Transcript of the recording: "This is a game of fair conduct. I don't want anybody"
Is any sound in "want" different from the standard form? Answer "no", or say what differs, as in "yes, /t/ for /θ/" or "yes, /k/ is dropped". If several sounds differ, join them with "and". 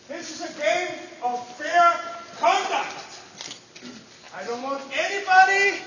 no